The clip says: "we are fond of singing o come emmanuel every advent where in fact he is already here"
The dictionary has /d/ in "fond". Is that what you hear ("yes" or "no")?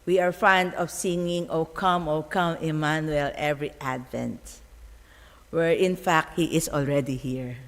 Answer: yes